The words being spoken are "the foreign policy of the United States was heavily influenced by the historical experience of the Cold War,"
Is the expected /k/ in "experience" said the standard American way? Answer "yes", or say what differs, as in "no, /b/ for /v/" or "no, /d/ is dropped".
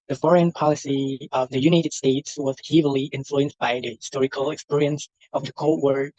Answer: yes